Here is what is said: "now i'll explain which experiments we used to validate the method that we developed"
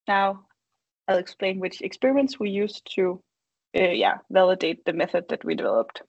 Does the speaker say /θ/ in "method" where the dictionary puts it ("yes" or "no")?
yes